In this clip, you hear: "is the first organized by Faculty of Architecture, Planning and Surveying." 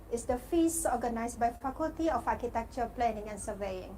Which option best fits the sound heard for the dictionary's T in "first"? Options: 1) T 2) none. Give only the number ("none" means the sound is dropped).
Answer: 2